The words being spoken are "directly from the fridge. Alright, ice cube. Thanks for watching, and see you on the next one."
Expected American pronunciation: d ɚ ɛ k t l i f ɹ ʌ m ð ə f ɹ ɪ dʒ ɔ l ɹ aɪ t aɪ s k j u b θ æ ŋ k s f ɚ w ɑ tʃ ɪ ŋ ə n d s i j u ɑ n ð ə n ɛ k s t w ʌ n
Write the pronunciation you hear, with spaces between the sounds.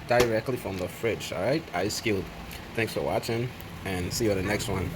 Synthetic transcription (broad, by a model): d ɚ ɛ k t l i f ɹ ʌ m ð ə f ɹ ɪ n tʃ ɹ aɪ t aɪ s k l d θ æ ŋ k s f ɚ w ɑ tʃ ɪ ŋ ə n s i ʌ ð ə n ɛ k s t w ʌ n